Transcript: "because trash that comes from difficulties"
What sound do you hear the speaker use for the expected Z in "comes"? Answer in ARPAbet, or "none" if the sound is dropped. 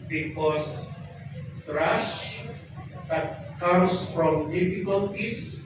S